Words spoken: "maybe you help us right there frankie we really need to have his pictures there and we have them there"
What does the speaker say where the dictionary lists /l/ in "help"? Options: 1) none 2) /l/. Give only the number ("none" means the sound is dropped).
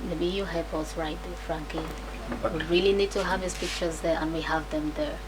1